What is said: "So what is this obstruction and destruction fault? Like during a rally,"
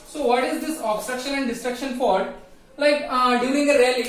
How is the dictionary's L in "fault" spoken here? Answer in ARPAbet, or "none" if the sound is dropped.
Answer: none